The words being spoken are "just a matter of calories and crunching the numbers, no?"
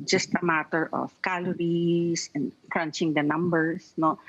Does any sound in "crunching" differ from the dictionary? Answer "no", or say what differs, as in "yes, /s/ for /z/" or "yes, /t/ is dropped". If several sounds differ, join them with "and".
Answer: no